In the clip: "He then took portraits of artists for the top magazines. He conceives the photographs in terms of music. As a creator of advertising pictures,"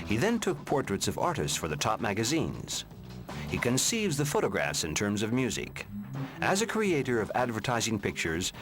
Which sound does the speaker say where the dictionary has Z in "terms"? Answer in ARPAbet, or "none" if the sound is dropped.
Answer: Z